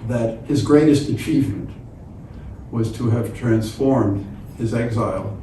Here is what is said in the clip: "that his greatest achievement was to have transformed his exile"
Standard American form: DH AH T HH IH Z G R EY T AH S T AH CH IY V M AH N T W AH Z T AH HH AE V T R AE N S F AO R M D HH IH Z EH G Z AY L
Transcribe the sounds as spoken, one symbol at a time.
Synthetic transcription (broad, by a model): DH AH T HH IH Z G R EY T AH S T AH CH IY V M AH N T W AH Z T AH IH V T R AE N S F AO R M D HH IH Z EH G Z AY L